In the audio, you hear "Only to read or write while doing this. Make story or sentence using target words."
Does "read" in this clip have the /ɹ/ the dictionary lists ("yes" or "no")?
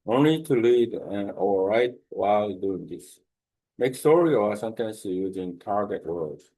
no